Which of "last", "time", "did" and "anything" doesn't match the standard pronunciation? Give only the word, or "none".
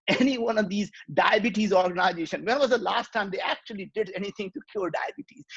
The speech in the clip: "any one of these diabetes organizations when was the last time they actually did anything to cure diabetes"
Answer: anything